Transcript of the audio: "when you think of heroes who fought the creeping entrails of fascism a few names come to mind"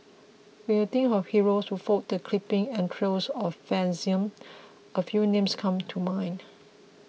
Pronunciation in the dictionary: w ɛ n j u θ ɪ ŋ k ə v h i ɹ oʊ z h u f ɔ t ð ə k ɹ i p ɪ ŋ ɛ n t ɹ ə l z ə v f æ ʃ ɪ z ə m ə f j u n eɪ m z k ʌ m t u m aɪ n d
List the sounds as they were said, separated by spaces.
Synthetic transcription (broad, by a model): w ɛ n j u t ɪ ŋ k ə f h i ɹ oʊ s h u f ɔ t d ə k l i p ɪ ŋ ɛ n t ɹ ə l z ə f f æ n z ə m ə f j u n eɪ m s k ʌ m t u m aɪ n